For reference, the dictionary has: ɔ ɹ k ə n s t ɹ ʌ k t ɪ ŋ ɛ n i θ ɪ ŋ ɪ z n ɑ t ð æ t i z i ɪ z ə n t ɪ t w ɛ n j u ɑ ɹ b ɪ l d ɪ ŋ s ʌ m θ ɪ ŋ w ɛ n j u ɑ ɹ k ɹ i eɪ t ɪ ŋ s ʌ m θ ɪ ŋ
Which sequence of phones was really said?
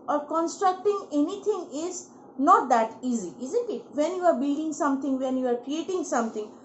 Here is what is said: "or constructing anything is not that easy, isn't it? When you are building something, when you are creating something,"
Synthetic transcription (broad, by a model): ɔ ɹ k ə n s t ɹ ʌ k t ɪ ŋ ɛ n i t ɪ ŋ ɪ z n ɑ t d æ t i z i ɪ z ə n t ɪ t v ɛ n j u ɑ ɹ b ɪ l d ɪ ŋ s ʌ m t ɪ ŋ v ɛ n j u ɑ ɹ k ɹ i eɪ t ɪ ŋ s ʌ m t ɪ ŋ